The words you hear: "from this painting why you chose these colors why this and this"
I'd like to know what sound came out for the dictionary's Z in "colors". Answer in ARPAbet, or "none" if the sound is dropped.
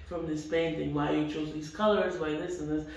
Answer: Z